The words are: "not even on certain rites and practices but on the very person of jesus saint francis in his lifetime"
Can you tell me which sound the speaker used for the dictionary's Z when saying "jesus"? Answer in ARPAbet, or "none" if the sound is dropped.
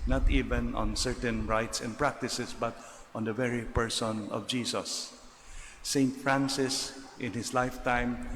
S